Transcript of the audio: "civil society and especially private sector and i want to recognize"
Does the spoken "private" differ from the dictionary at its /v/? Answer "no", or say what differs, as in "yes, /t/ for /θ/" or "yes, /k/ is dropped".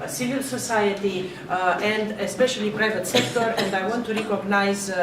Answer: no